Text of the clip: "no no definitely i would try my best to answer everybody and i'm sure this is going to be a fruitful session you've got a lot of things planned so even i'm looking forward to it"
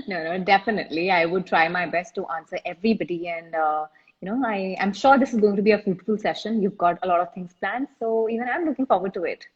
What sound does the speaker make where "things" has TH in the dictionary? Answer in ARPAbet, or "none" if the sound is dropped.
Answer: T